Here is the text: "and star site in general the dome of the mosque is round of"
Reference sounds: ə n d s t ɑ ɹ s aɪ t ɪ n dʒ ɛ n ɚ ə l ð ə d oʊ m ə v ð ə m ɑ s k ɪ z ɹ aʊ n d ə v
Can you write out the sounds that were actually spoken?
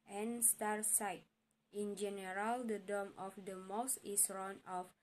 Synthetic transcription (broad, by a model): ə n s t ɑ ɹ s aɪ t ɪ n dʒ ɛ n ɚ ə l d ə d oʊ m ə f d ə m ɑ s ɪ s ɹ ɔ n ə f